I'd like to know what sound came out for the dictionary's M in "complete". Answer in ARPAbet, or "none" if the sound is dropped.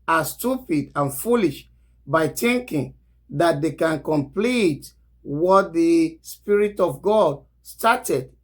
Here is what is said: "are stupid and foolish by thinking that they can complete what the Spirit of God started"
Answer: M